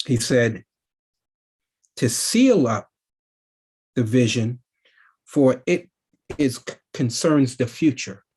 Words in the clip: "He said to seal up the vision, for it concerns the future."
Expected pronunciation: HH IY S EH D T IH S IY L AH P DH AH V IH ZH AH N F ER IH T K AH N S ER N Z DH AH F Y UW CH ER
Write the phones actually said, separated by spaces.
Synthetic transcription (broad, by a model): HH IY S EH D T IH S IY L AH P DH AH V IH ZH AH N F ER IH T K AH N S ER N Z DH AH F Y UW CH ER